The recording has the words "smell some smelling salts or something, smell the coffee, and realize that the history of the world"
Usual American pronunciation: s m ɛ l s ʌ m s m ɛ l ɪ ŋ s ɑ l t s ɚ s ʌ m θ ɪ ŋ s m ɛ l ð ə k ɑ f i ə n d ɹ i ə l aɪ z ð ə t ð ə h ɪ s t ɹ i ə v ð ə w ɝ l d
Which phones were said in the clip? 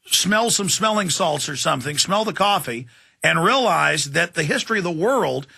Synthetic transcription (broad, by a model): s m ɛ l s ʌ m s m ɛ l ɪ ŋ s ɑ l t s ɚ s ʌ m θ ɪ ŋ s m ɛ l ð ə k ɑ f i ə n ɹ i ə l aɪ z ð ə t ð ə h ɪ s t ɹ i ə v ð ə w ɝ l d